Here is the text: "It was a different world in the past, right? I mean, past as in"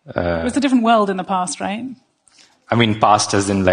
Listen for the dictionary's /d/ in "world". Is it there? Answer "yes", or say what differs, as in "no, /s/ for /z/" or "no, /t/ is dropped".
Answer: yes